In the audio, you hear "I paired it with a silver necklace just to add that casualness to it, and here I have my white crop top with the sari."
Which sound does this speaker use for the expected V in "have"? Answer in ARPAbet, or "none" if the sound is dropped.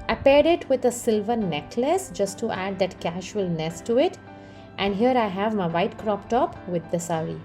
V